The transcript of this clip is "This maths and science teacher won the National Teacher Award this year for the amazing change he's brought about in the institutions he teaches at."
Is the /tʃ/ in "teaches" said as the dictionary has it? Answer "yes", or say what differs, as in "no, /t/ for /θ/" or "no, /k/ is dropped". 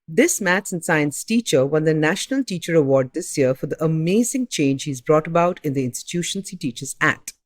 yes